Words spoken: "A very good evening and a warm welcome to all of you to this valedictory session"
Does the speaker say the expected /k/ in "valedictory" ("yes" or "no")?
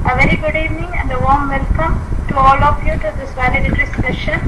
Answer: no